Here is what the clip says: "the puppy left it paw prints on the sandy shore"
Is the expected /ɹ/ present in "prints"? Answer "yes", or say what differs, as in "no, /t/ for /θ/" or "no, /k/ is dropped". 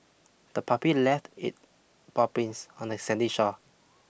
no, /ɹ/ is dropped